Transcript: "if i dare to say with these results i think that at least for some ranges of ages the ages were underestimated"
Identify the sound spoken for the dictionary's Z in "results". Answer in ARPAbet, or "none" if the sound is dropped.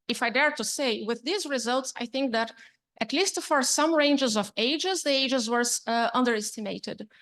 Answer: Z